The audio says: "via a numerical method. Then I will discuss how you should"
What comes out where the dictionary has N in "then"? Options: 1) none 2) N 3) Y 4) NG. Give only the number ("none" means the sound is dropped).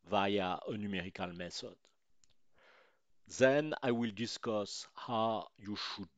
2